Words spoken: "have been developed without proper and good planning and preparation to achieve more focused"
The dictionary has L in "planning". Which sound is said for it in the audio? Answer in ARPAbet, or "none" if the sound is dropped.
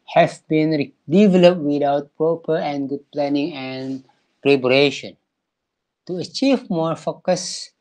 L